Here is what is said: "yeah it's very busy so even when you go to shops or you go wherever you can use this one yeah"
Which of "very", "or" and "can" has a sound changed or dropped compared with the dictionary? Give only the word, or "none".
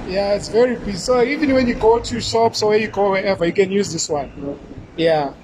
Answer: or